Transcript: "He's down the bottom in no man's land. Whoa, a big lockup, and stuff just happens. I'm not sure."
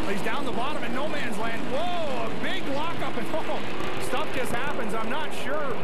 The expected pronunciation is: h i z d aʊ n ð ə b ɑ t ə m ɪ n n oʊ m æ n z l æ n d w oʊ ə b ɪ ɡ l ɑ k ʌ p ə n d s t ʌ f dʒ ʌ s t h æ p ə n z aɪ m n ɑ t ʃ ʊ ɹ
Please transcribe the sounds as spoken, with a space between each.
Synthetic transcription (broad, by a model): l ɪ z d aʊ n ð ə b ɑ t ə m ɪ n n oʊ m æ n z l æ n d w oʊ ə b ɪ ɡ l ɑ k ʌ p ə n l s t ʌ f dʒ ʌ s t h æ p ə n z aɪ m n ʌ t ʃ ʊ ɹ